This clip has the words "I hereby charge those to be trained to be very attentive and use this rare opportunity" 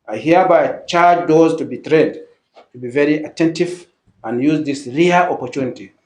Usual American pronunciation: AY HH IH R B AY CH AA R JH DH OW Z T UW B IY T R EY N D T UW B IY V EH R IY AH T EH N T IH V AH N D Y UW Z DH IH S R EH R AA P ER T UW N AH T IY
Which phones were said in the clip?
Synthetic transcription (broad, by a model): AY HH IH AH B AY CH AA R JH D OW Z T UW B IY T R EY D T UW B IY V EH R IY AH T EH N T IH V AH N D Y UW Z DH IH S R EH L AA P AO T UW N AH T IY